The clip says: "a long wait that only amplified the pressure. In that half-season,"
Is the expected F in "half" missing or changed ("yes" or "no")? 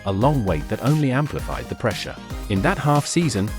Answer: no